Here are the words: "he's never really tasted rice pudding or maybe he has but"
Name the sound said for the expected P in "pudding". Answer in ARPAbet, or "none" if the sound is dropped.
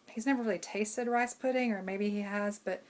P